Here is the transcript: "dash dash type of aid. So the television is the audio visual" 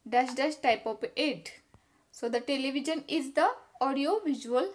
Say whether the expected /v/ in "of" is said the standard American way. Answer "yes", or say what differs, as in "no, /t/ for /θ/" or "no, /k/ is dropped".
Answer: no, /p/ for /v/